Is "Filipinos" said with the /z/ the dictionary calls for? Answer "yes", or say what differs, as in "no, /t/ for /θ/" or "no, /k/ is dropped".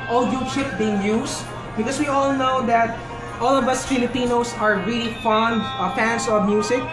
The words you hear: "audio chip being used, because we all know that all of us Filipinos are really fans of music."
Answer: no, /s/ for /z/